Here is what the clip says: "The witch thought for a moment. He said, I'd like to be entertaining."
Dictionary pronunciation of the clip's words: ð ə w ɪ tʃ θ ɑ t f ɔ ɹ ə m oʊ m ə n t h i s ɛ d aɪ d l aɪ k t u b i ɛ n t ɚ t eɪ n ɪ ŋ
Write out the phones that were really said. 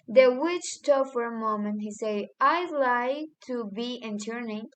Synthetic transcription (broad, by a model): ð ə w ɪ tʃ t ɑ f ɔ ɹ ə m oʊ m ə n t h i s ɛ d aɪ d l aɪ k t u b i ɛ n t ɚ n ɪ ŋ